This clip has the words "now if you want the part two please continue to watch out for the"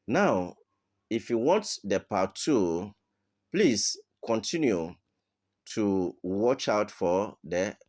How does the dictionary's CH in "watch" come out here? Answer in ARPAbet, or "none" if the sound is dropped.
CH